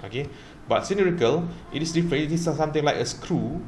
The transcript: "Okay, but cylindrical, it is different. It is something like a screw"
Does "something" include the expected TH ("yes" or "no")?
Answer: no